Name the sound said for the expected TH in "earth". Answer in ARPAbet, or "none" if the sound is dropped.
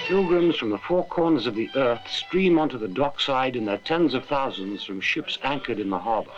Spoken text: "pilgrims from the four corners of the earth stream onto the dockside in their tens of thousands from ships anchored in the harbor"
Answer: TH